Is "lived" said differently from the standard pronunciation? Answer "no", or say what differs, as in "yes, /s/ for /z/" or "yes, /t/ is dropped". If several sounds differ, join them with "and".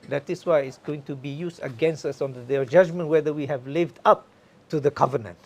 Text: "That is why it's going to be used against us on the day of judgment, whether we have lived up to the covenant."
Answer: no